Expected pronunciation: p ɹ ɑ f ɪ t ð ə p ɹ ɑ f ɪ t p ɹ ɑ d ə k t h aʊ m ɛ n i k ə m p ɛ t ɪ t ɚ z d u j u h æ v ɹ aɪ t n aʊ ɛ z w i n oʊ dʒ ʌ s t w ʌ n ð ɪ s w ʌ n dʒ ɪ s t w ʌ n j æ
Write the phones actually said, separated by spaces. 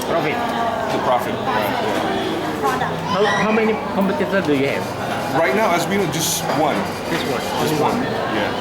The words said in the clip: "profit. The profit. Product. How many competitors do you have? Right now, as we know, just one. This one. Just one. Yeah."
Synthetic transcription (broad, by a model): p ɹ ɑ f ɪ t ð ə p ɹ ɑ f ɪ t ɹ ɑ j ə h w h aʊ m ɛ n i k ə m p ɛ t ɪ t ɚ d u j u h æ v ɹ aɪ t n aʊ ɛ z w i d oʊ dʒ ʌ s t w ʌ n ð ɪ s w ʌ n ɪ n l w ʌ n j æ